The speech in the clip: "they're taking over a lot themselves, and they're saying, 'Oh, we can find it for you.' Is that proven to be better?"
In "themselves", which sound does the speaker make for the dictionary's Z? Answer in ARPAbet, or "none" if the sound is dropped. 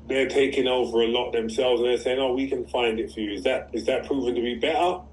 Z